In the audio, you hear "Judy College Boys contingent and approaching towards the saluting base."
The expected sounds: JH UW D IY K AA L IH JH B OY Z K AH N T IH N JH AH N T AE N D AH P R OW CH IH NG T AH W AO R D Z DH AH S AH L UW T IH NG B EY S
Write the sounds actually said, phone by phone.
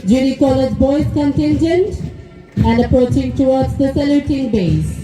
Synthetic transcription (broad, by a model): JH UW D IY K AA L IH JH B OY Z K AH N T IH N JH AH N T AE N D AH P R OW CH IH NG T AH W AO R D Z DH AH S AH L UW T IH NG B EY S